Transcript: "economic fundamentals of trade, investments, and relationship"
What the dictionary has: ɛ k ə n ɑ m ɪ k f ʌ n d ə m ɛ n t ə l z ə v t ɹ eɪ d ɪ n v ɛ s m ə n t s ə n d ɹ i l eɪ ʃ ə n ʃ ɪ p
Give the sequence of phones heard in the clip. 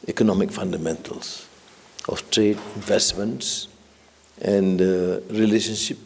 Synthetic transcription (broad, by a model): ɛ k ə n ɑ m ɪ k f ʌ n d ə m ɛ n t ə l s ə f t ɹ eɪ d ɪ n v ɛ s m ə n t s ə n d ɹ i l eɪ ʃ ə n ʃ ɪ p